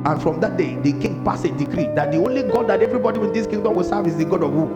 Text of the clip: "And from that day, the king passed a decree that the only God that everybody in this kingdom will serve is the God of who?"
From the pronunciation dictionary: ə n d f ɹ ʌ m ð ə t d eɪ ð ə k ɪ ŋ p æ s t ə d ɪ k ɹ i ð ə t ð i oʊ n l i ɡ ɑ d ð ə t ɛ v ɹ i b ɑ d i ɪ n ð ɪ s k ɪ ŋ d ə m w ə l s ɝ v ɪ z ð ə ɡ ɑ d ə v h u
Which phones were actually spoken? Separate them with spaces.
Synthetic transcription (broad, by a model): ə n f ɹ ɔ m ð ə t d eɪ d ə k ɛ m p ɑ s ə d ɪ k ɹ i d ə t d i oʊ n l i ɡ ɑ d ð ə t ɛ v ɹ i b ɑ d i ɪ n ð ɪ s k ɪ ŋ d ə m w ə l s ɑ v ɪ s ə ɡ ɑ d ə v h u